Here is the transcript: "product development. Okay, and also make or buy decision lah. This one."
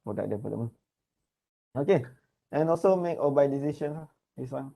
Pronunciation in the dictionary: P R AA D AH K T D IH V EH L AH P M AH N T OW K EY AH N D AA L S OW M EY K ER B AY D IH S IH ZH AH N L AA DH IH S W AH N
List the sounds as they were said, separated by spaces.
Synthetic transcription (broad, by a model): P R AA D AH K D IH P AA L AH M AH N OW K EY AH N AA L S OW M EY K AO B AY D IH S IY SH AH N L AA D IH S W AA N